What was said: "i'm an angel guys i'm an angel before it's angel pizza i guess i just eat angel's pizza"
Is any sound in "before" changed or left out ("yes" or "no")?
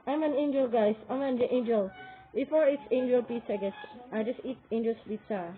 no